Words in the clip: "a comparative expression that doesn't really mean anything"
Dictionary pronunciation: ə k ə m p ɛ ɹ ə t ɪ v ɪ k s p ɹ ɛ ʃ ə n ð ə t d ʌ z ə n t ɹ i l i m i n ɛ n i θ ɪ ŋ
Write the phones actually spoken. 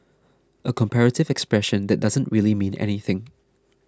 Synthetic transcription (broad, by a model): ə k ə m p ɛ ɹ ə t ɪ v ɪ k s p ɹ ɛ ʃ ə n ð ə t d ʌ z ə n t ɹ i l i m i n ɛ n i θ ɪ ŋ